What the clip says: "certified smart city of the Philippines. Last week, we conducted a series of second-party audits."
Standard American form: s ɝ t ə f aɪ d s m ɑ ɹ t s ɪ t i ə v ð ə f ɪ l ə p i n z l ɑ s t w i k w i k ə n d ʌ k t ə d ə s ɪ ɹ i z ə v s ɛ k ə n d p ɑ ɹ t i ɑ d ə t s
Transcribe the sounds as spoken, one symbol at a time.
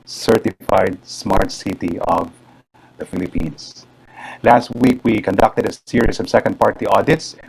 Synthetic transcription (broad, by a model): s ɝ t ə f aɪ d s m ɑ ɹ t s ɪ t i ə v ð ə f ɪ l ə p i n s l ɑ s t w i k w i k ə n d ʌ k t ə d ə s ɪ ɹ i s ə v s ɛ k ə n d p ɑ ɹ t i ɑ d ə t s